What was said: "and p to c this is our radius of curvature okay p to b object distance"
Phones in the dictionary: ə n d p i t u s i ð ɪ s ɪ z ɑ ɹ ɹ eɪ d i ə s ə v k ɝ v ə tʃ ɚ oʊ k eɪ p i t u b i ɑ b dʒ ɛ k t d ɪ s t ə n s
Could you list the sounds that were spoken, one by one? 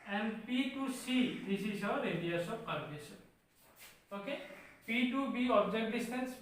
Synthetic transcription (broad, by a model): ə n d p i t u s i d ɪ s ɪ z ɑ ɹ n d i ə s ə p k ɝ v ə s oʊ k eɪ p i t u b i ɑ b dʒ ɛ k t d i s t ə n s